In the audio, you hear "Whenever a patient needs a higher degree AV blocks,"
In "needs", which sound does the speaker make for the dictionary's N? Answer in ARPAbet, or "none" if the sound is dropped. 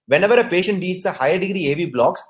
L